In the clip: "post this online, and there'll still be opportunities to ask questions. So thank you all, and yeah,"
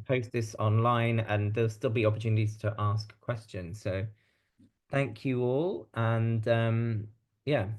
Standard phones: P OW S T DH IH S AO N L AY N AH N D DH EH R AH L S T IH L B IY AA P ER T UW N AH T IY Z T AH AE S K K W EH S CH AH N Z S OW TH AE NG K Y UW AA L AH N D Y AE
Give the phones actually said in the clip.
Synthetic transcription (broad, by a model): P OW S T DH IH S AO N L AY N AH N DH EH AH L S T IH L B IY AA P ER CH UW N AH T IY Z T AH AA S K K W EH S CH AH N Z S OW TH AE NG K Y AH AA L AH N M Y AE